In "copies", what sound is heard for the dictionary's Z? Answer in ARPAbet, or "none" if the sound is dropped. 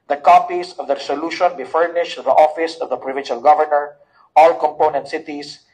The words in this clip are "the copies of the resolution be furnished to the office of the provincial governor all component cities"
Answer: S